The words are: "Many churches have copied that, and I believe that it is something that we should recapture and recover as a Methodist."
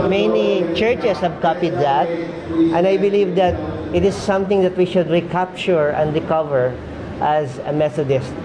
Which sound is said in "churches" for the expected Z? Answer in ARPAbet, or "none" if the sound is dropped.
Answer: S